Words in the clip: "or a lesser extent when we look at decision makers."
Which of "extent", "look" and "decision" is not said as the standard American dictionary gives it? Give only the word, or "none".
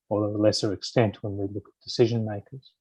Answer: none